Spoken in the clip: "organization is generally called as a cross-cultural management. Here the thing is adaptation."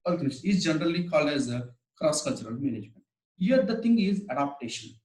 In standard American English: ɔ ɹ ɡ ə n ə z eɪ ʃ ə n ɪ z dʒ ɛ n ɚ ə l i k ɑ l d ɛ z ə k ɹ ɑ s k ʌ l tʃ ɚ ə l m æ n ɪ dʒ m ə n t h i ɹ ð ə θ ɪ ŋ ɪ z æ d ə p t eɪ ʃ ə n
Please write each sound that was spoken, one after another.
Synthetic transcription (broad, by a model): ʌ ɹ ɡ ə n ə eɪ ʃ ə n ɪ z dʒ ɛ n ɚ ə l i k ɑ l d ɛ z ə k ɹ ɑ s k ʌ l tʃ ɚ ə l m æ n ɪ dʒ m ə n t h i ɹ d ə t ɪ ŋ ɪ z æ d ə p t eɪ ʃ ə n